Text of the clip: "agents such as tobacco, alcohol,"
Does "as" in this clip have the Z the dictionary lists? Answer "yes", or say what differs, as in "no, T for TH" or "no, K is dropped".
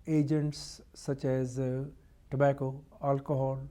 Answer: yes